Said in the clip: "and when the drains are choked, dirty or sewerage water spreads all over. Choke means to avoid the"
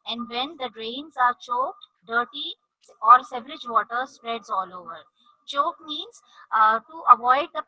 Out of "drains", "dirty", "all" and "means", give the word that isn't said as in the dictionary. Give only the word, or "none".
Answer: none